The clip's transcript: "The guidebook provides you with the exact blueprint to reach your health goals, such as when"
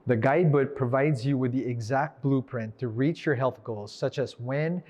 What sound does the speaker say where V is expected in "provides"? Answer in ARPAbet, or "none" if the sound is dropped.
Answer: V